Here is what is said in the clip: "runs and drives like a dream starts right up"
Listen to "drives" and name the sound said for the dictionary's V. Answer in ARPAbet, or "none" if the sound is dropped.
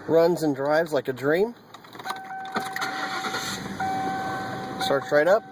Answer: V